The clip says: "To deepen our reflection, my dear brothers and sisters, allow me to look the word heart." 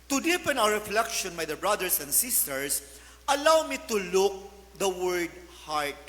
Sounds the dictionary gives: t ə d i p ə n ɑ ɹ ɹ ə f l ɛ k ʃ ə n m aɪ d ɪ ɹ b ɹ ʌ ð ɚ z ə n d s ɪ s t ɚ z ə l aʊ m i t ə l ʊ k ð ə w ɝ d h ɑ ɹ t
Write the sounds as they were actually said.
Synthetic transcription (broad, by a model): t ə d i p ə n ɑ w ɹ ə f l ɛ k ʃ ə n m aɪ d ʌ b ɹ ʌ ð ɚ s ə n d s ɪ s t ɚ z ə l aʊ m i t ə l ʊ k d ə w ɝ d h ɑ ɹ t